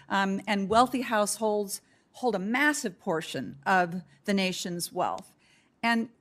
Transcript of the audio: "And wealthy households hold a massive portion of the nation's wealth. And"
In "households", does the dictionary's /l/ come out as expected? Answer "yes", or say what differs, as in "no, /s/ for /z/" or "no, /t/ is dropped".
yes